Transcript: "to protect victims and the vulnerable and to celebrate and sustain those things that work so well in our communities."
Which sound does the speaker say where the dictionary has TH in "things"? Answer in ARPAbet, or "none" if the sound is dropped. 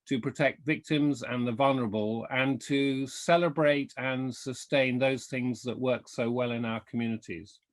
TH